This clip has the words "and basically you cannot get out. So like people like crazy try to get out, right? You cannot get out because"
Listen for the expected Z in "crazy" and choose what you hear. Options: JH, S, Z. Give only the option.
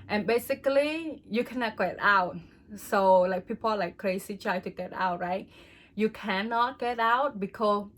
S